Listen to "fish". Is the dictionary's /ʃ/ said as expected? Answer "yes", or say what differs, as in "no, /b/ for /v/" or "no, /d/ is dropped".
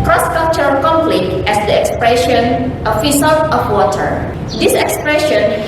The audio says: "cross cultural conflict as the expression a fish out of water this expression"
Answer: no, /s/ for /ʃ/